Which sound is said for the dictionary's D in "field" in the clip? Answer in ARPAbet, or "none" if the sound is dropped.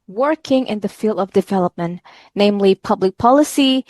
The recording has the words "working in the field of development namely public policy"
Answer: D